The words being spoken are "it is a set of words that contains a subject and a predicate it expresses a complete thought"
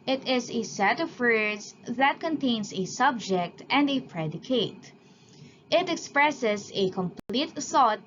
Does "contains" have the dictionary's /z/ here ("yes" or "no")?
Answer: no